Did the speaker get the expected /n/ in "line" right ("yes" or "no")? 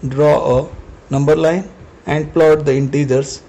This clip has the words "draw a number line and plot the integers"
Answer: yes